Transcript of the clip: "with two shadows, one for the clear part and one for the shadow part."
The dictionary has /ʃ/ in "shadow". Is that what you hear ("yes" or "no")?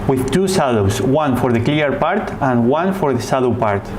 no